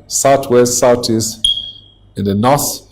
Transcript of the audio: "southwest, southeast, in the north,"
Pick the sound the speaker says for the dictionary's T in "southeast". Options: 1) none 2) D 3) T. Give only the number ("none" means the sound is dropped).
1